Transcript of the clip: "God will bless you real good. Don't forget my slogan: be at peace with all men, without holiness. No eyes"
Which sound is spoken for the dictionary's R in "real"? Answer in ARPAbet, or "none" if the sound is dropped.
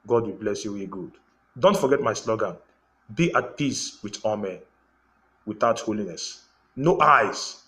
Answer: W